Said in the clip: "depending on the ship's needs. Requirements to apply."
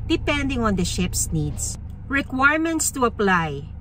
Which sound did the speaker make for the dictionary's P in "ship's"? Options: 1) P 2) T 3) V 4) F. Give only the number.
1